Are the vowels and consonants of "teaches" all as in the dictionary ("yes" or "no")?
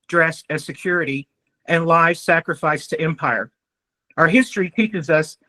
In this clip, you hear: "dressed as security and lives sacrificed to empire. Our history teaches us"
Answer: yes